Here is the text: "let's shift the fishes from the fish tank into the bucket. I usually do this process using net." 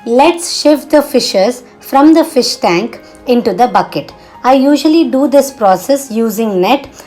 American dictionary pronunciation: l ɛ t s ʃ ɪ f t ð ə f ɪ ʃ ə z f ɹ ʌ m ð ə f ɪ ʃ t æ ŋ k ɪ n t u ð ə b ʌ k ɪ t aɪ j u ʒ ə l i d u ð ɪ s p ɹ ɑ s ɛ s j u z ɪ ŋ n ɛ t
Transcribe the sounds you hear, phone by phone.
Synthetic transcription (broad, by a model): l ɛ t s ʃ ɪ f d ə f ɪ ʃ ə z f ɹ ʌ m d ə f ɪ ʃ t æ ŋ k ɪ n t u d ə b ʌ k ɪ t aɪ j u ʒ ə l i d u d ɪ s p ɹ ɑ s ɛ s j u z ɪ ŋ n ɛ t